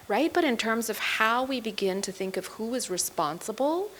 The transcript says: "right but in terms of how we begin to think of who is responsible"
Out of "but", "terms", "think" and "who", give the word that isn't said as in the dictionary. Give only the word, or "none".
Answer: none